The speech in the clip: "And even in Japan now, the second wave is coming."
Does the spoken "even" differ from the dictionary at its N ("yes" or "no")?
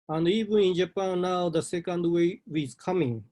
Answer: yes